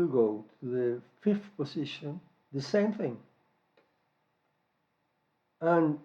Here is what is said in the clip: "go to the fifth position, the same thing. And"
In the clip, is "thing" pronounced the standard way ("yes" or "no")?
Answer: yes